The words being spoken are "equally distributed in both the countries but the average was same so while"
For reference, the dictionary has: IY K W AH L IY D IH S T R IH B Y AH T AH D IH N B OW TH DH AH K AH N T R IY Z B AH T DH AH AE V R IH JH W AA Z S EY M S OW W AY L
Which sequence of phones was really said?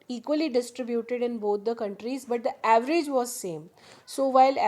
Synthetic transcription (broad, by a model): IY K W AH L IY D IH S T R IH B Y AH T AH D IH N B OW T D AH K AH N T R IY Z B AH T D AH AE V R IH JH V AA Z S EY M S OW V AY L